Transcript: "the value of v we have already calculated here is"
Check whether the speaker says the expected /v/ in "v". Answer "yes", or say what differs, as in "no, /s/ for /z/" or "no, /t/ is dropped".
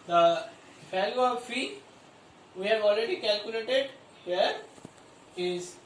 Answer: no, /f/ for /v/